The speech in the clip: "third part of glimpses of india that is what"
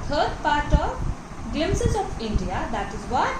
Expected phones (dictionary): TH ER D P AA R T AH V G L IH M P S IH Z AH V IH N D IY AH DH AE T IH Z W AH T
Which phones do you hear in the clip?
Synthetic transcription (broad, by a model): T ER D P AA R T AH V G IH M S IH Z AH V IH N D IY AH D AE T IH Z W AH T